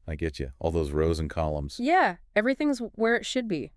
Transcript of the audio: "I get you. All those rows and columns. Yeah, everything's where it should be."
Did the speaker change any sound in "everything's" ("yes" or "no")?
no